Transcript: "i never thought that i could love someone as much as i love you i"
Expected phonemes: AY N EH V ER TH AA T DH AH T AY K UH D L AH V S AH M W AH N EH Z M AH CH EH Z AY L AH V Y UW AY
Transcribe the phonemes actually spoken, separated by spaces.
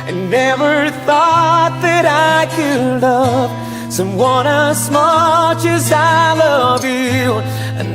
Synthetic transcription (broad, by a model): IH N EH V ER TH AA T DH AH T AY K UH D L AH V S AH M W AH N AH S M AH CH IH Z AY L AH V Y UW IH